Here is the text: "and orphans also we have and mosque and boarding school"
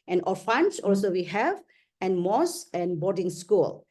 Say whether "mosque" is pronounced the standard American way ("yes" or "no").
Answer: no